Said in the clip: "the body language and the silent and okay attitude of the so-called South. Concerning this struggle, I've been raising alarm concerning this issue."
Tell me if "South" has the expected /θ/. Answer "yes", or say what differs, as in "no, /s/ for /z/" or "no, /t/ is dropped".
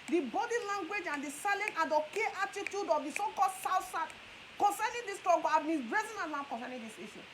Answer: no, /t/ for /θ/